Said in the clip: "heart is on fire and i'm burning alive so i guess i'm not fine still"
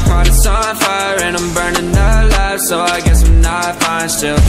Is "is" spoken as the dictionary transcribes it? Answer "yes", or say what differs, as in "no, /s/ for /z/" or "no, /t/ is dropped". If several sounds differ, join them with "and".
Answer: no, /s/ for /z/